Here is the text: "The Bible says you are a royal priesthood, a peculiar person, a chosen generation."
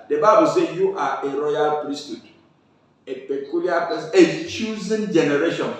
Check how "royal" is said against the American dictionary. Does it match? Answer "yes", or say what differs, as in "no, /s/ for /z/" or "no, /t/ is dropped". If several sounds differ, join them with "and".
yes